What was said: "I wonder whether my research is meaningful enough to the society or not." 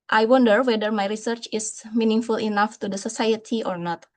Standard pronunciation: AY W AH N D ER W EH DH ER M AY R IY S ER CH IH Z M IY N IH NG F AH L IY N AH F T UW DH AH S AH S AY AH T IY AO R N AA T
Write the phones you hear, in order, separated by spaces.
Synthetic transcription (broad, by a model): AY W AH N D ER W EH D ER M AY R IY S ER CH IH S M IY N IH NG F AH L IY N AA F T UW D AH S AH S AY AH T IY AO R N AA T